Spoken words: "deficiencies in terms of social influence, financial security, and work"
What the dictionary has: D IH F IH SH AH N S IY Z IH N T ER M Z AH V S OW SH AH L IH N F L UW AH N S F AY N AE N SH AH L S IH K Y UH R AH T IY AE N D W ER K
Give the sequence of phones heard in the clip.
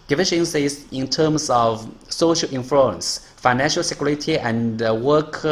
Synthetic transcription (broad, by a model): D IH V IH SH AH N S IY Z IH N T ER M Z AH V S OW SH AH L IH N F UW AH N S F AY N AE N SH AH L S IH K Y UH R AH T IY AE N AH W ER K